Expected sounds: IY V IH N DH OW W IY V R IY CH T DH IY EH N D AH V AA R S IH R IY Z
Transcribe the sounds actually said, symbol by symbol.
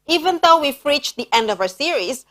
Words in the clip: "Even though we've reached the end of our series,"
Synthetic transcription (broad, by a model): IY V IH N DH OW W IY F R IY CH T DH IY EH N D AH V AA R S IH R IY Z